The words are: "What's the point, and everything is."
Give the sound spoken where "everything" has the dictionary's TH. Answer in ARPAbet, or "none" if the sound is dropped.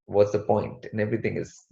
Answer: T